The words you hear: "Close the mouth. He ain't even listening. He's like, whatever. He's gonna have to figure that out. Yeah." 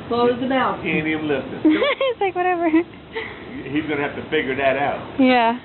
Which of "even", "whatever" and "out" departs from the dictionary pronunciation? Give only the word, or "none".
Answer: even